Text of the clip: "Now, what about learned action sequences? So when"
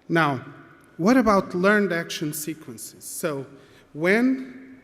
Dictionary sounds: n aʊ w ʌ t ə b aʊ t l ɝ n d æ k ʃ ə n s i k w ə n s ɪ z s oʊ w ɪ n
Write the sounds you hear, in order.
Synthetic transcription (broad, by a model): n aʊ w ʌ t ə b aʊ t l ɝ n d æ k ʃ ə n s i k w ə n s ɪ z s oʊ w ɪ n